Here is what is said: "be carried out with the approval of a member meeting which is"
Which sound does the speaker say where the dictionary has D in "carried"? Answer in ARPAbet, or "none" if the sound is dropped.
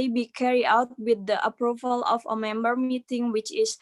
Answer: none